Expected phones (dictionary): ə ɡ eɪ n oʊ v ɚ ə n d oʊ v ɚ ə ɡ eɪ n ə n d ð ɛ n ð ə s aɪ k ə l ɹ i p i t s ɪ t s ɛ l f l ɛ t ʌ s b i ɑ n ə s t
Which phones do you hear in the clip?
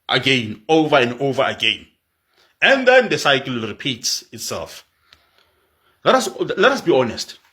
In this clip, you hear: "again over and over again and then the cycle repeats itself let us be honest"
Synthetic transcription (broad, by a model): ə ɡ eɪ n oʊ v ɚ ə n d oʊ v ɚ ə ɡ eɪ n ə n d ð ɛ n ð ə s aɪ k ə l ɹ i p i t s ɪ t s ɛ l f l ɛ t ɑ s b i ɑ n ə s t